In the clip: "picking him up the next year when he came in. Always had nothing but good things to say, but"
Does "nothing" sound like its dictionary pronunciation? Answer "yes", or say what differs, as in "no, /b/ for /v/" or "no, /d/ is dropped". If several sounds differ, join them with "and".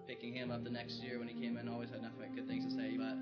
no, /f/ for /θ/